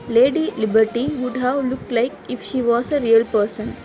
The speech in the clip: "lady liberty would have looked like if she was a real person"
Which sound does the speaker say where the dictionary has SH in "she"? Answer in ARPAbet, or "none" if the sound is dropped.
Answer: SH